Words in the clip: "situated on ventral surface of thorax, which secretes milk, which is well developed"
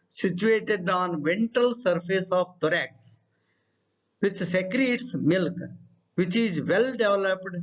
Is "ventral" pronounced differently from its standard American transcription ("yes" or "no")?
yes